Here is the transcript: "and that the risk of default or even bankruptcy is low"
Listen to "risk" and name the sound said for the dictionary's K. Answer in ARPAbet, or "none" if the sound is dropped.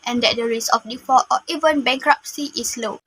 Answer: none